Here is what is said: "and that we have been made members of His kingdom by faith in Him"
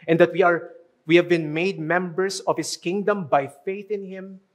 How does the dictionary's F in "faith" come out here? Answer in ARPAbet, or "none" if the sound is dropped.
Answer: F